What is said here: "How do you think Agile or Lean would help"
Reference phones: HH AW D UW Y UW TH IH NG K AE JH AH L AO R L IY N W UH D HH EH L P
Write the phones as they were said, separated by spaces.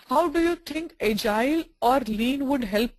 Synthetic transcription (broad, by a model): HH AW D UW Y UW T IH NG K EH JH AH L AO R L IY N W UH D HH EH L P